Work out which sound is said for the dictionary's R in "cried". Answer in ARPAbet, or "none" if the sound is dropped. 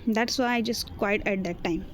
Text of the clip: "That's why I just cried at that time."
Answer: W